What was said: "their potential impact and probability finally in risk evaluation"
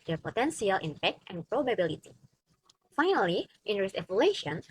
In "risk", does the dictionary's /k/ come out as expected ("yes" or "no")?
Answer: no